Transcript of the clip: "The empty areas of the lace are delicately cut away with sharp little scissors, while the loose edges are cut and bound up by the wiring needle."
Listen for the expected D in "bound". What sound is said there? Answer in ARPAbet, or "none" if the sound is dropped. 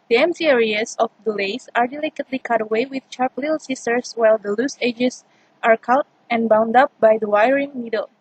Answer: D